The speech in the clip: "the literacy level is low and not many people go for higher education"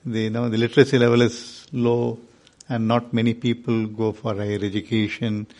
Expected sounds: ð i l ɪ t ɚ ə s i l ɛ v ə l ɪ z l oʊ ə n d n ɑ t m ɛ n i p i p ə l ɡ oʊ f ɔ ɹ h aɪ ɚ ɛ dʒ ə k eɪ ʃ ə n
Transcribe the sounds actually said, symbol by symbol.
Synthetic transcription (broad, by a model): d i l ɪ t ɚ ə s i l ɛ v ə l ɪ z l oʊ ə n d n ɑ t m ɛ n i p i p ə l ɡ oʊ f ɔ ɹ h aɪ ɚ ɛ dʒ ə k eɪ ʃ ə n